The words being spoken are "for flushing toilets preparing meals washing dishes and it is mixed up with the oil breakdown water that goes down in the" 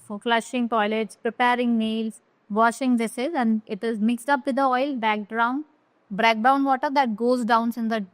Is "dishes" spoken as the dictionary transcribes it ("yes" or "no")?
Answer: no